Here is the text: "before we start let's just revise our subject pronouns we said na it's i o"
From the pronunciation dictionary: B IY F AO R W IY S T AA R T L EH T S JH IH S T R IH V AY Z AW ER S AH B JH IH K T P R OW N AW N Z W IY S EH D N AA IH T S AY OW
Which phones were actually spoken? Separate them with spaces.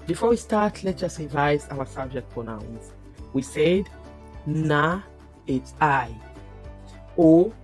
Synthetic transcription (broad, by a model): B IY F AO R W IY S T AA R T L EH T JH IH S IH V AY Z AW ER S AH B JH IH K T P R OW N AW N S W IY S EH D N AA IH T S AY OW